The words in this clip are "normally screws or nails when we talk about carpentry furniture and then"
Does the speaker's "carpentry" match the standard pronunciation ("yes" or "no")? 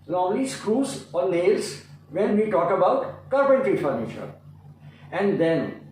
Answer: no